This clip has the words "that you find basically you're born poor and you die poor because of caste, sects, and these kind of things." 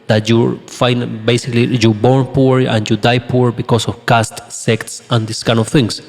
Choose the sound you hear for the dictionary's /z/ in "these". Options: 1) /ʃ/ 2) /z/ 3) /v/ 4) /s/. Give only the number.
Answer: 4